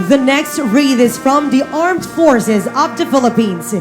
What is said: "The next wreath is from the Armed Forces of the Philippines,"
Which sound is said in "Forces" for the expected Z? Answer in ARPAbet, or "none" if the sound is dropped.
Z